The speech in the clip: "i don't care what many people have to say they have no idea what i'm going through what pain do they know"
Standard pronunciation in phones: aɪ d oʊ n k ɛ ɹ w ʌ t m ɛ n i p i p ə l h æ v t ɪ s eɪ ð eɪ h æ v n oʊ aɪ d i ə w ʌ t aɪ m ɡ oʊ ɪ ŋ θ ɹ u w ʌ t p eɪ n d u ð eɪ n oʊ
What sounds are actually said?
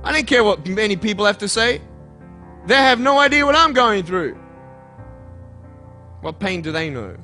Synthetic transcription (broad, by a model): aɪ d oʊ n k ɛ ɹ w ʌ t m ɛ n i p i p l h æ f t ɪ s eɪ ð eɪ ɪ v n oʊ aɪ d i ə w ʌ t aɪ m ɡ oʊ ɪ ŋ θ ɹ u w ʌ t p eɪ n d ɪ ð eɪ n oʊ